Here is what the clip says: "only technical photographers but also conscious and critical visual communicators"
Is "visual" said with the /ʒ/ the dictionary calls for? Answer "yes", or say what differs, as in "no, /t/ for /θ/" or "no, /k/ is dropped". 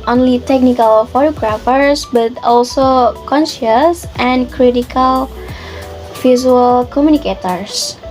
no, /z/ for /ʒ/